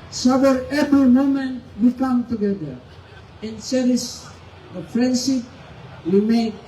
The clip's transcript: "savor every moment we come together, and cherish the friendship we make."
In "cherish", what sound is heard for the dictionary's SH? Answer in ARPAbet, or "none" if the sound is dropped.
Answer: S